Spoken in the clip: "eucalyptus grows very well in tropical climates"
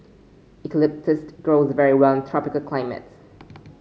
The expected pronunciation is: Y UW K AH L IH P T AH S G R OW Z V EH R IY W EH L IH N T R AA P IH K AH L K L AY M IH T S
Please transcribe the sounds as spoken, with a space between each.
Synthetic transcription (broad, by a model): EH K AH L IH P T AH S G R OW Z V EH R IY W EH L IH N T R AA P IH K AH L K L AY M IH T S